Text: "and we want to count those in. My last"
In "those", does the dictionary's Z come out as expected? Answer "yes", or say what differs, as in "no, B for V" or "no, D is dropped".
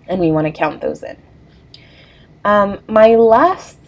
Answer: yes